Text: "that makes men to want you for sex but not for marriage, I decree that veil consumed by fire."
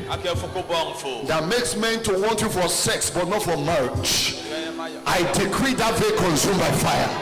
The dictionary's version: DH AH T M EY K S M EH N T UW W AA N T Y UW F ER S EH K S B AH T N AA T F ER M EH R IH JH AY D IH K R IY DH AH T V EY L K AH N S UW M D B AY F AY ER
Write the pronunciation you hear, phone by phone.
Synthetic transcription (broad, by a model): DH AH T M EY K S M EH N T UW W AA N T Y UW F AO S EH K S B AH T N AA T F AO M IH CH AY D IH K R IY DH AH T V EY K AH N S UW M B AY F AY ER